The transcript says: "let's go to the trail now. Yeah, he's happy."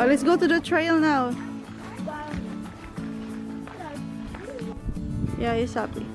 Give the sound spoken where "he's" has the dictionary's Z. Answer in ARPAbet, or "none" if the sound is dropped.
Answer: S